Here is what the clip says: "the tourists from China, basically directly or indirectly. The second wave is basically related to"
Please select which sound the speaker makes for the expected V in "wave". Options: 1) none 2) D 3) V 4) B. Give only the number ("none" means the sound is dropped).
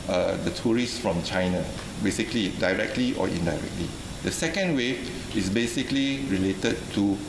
1